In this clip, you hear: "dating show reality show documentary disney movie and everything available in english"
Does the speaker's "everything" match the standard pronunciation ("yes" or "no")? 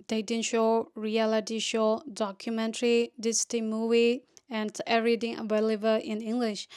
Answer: no